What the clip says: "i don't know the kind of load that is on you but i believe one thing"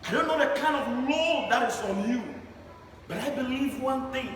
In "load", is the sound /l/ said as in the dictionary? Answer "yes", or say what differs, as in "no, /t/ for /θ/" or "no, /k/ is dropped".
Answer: no, /n/ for /l/